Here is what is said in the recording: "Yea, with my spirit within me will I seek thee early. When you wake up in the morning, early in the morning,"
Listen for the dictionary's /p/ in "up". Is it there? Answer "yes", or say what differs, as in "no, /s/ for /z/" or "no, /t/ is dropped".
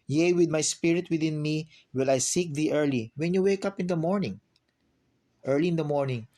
yes